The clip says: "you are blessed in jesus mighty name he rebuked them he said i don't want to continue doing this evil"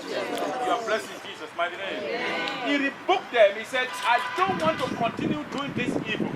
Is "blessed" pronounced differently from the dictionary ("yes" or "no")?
yes